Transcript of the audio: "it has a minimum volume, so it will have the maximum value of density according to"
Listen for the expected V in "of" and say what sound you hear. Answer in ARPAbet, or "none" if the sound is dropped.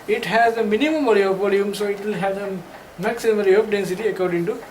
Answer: P